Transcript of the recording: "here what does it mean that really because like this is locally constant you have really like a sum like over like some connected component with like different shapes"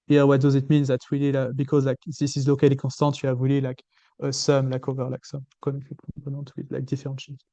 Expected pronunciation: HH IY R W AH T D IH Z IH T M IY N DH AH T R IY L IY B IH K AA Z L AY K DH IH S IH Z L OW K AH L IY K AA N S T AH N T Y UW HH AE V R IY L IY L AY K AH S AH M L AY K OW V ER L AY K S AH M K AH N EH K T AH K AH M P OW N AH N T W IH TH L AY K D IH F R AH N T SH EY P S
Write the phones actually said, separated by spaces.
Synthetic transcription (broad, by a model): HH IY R W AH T D IH Z IH T M IY N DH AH T W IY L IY B IH K AA Z L AY K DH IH S IH Z L OW K AH L IY K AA S T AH T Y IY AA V W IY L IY L AY K AH S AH M L AY K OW V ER L AY K S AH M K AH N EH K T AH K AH P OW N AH T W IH L AY K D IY F R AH T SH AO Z